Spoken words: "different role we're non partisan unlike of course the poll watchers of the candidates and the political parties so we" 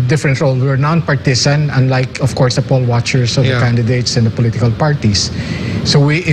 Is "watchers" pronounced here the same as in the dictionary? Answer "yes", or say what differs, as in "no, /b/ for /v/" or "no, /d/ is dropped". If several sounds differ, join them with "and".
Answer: no, /s/ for /z/